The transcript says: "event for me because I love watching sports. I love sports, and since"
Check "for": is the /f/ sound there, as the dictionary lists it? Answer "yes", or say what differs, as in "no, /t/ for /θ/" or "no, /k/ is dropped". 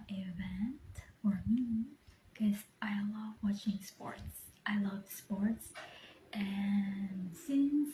yes